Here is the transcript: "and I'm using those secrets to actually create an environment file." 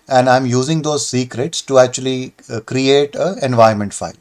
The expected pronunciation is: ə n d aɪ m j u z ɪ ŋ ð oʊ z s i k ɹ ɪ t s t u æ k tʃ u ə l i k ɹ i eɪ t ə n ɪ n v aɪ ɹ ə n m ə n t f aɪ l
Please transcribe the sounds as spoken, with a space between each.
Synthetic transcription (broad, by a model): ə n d aɪ m j u z ɪ ŋ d oʊ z s i k ɹ ɪ t s t u æ k tʃ u ə l i k ɹ i eɪ t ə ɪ n v aɪ ə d m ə n t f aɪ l